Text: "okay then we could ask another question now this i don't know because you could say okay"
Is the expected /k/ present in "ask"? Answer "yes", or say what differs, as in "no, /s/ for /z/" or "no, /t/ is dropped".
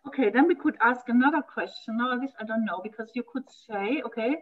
yes